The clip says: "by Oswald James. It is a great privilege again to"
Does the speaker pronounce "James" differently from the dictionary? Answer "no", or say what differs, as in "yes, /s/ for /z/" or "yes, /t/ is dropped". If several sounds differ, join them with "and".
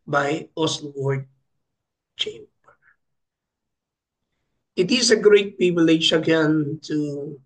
yes, /tʃ/ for /dʒ/